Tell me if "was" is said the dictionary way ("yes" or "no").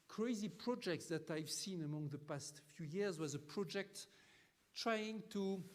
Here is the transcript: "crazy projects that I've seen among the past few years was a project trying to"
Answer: yes